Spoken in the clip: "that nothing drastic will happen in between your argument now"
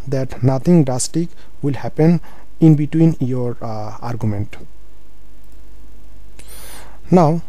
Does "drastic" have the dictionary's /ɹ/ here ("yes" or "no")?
no